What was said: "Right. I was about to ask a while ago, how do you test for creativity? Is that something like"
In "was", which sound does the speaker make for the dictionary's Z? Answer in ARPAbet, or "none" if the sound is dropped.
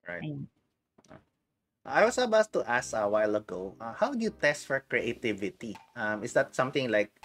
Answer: S